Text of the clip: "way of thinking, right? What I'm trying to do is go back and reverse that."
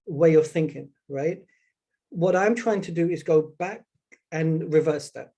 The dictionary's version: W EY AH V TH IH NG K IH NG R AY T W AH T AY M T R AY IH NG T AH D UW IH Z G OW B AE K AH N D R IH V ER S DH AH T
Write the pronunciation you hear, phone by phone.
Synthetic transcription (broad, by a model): W EY AH V TH IH NG K IH NG R AY T W AH T AY M T R AY IH NG T AH D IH IH Z G OW B AE K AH N R IH V ER S DH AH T